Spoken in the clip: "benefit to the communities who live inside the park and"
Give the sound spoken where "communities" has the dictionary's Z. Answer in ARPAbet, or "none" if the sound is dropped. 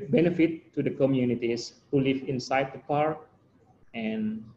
S